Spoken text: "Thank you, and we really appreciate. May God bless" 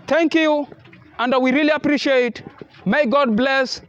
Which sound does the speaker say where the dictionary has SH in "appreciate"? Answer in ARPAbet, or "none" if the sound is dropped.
SH